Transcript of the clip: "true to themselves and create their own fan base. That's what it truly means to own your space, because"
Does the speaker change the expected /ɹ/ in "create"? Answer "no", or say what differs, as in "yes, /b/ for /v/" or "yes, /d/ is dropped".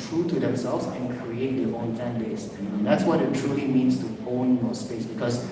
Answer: no